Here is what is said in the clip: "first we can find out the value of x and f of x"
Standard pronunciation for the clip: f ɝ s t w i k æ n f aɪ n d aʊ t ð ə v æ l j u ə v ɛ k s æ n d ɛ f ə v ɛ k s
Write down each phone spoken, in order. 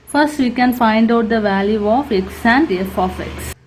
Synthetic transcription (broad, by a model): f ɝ s t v i k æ n f aɪ n d aʊ t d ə v æ l j u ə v ɛ k s æ n d ɛ f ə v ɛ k s